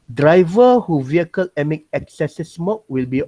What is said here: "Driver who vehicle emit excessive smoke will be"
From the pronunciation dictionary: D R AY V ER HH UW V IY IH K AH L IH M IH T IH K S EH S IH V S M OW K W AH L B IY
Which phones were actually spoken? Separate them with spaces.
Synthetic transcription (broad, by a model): D R AY V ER HH UW V IY IH K AH L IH M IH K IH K S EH S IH S M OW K W AH L B IY